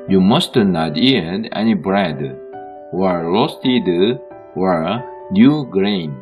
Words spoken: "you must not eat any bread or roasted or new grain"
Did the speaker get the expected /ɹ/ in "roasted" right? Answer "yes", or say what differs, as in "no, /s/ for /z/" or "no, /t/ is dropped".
no, /l/ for /ɹ/